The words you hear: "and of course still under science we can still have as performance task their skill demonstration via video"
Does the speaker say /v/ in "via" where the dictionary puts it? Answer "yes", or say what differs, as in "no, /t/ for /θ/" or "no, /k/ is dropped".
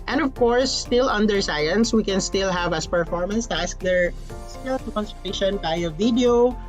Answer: no, /b/ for /v/